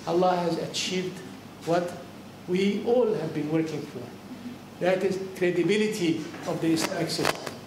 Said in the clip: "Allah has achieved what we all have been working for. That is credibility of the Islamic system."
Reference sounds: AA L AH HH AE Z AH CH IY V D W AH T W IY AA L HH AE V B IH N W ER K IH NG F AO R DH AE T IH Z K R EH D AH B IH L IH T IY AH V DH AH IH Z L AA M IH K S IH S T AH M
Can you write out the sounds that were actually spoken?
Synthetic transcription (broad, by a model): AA L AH HH AE Z AH CH IY V D W AH T W IY AA L HH AE V B IH N W ER K IH NG F AO R DH AE T IH Z K R EH D AH B IH L IH T IY AH V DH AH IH S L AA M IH K S IH S T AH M